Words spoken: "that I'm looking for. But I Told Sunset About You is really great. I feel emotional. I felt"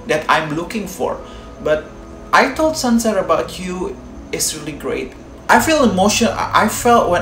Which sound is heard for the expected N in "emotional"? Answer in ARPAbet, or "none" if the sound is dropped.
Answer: none